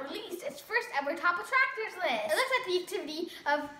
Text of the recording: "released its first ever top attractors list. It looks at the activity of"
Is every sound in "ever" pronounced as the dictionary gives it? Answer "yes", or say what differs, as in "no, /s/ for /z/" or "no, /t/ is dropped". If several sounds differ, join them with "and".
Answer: no, /w/ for /v/